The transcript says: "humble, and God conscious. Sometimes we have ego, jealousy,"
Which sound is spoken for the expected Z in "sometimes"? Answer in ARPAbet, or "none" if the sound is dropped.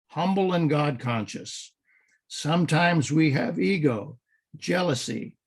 Z